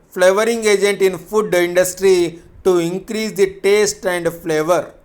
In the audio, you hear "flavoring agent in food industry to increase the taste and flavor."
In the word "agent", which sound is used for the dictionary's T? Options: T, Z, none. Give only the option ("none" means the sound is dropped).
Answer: T